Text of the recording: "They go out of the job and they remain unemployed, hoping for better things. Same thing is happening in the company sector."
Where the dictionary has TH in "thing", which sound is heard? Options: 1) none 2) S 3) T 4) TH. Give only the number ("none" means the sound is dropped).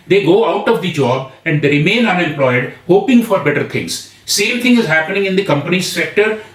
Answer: 3